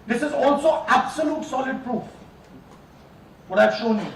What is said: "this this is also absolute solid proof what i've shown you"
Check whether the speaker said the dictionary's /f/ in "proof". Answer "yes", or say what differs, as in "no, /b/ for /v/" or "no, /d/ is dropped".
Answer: yes